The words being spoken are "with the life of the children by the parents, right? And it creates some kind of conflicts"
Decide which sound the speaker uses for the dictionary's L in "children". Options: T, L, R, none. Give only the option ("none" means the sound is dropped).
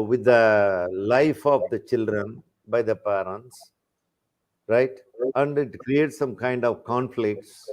L